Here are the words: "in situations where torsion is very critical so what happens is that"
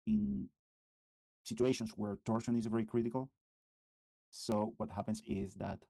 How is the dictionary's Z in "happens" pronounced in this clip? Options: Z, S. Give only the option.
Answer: S